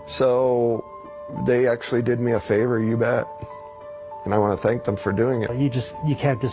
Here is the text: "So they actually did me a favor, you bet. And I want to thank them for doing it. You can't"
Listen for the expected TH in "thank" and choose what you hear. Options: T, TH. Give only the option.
TH